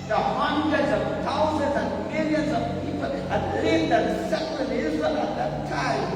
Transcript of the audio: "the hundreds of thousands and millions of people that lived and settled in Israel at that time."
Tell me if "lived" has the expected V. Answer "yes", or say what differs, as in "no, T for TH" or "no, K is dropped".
no, V is dropped